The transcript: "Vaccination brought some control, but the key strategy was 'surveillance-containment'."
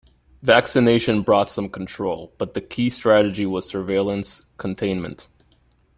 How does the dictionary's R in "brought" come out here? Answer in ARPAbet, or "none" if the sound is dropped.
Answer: R